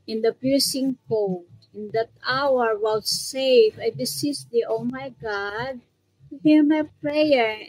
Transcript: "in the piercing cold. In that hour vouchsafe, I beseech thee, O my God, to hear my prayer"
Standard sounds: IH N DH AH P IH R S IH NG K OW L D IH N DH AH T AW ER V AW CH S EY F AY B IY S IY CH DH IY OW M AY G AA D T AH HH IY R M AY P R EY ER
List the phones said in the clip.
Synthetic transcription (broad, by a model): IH N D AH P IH R S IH NG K OW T IH N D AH T AW ER W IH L S EY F AY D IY S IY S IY OW M AY G AA D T HH IY R M AY P R EY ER